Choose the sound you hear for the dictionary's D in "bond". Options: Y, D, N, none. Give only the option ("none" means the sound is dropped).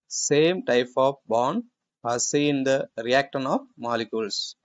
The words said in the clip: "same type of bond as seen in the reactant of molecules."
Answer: none